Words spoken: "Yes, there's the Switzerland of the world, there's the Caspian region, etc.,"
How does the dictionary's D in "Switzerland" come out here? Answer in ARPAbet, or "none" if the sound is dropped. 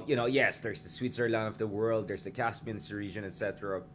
none